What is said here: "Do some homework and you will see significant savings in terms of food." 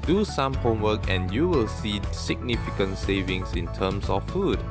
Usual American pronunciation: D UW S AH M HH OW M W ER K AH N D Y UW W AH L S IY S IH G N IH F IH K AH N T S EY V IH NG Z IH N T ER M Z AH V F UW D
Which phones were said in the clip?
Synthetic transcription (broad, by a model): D UW S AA M HH OW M W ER K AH N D Y UW W AH L S IY S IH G N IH F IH K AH N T S EY V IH NG S IH N T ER M S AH F F UW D